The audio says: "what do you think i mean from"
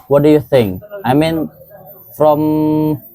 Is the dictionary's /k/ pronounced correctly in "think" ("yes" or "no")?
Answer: yes